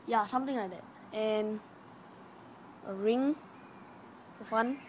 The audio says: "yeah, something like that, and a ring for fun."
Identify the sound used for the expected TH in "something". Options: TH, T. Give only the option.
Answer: T